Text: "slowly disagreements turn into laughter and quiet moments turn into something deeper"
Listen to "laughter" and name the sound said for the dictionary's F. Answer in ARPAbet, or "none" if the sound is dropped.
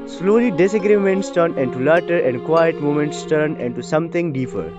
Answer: none